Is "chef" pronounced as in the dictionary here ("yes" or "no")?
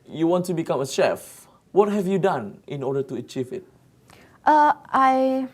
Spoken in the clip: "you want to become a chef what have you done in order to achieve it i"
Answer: yes